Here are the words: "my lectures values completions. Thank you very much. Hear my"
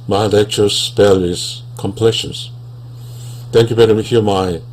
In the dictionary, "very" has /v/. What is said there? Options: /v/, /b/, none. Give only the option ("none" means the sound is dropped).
/b/